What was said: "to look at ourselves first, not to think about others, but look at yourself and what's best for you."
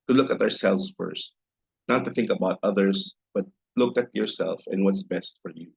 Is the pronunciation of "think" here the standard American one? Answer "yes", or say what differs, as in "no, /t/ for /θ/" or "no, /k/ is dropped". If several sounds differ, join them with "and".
yes